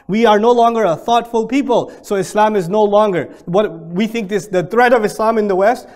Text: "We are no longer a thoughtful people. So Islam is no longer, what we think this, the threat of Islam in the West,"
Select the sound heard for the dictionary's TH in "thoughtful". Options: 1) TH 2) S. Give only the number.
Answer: 1